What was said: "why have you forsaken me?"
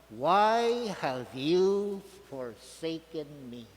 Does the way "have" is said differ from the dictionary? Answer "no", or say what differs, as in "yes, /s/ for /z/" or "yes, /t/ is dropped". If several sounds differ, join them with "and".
no